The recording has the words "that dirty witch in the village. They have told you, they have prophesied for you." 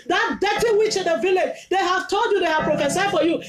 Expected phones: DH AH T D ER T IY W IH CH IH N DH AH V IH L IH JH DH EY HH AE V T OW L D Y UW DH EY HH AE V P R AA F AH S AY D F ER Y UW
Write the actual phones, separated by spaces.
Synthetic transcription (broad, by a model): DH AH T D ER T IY W IH CH IH N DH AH V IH L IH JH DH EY HH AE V T OW L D Y UW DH EY HH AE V P R AA F AH S AY D F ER Y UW